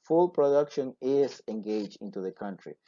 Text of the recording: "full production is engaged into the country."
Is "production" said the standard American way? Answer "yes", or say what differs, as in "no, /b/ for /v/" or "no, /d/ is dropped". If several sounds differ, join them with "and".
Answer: yes